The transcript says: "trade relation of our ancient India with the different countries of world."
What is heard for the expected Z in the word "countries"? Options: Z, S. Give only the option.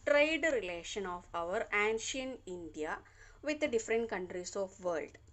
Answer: S